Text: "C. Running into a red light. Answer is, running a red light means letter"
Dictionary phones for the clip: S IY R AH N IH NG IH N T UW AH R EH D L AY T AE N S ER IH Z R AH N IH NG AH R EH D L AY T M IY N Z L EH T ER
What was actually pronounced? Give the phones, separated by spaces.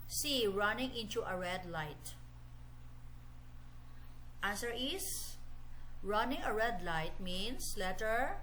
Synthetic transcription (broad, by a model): S IY R AH N IH NG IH N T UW AH R EH D L AY T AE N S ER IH S R AH N IH NG AH R EH D L AY T M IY N S L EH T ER